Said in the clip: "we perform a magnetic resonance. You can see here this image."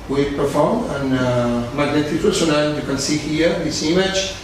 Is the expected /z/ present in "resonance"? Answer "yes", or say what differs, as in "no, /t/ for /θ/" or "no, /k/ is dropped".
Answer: no, /s/ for /z/